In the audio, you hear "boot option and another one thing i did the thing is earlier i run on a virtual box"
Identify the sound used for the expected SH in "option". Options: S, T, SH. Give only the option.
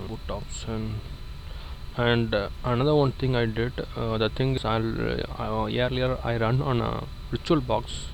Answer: S